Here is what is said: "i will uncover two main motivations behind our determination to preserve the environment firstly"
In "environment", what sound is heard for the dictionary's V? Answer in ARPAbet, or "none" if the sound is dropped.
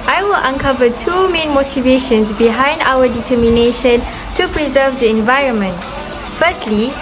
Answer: V